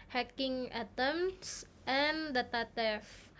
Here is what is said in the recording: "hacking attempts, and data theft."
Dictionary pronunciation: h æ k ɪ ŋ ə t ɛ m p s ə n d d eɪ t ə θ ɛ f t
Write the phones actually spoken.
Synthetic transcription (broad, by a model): h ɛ k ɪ ŋ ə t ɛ m s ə n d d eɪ t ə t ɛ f